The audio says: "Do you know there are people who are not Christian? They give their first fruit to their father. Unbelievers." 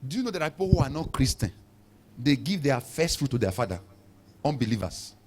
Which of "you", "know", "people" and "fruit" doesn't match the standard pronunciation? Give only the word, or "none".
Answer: none